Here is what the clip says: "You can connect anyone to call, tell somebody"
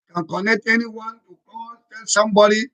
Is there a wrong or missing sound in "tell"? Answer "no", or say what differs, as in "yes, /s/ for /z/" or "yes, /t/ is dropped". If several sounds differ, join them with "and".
yes, /n/ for /l/